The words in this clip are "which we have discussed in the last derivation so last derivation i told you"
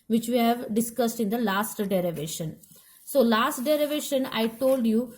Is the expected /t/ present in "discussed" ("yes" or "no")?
yes